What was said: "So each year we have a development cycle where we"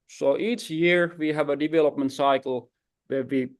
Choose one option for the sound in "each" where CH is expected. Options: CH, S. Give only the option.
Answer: CH